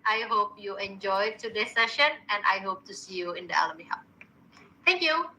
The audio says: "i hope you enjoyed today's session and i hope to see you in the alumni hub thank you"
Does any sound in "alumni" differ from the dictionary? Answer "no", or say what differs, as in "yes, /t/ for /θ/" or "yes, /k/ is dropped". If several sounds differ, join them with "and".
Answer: yes, /n/ is dropped